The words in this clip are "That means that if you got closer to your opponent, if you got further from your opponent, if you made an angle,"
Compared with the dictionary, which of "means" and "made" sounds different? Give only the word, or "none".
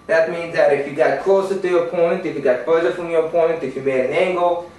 made